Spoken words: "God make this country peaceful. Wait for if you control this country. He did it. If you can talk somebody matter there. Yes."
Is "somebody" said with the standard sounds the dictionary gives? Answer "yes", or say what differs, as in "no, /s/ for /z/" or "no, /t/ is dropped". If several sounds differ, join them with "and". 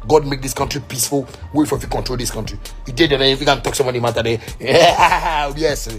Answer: no, /b/ is dropped